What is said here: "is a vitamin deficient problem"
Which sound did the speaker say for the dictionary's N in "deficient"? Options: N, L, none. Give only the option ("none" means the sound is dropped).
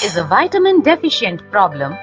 N